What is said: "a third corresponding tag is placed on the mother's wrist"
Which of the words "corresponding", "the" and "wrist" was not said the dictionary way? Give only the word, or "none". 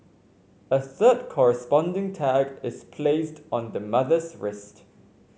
none